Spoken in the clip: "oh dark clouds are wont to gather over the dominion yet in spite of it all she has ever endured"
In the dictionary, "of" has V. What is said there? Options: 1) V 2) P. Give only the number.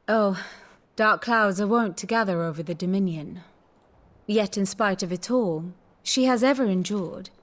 1